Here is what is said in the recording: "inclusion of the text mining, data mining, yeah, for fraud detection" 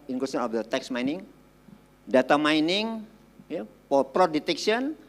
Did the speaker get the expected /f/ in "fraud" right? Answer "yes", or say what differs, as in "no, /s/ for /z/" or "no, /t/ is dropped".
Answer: no, /p/ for /f/